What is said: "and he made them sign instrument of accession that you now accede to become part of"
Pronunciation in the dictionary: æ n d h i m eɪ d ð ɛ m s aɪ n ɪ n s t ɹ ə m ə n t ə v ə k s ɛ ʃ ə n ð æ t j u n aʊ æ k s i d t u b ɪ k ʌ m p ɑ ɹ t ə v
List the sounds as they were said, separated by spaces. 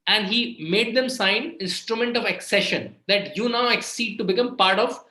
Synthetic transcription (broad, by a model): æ n d h i m eɪ d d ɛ m s aɪ n ɪ n s t ɹ ə m ə n t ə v ə k s ɛ ʃ ə n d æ t j u n aʊ æ k s i d t u b ɪ k ʌ m p ɑ ɹ t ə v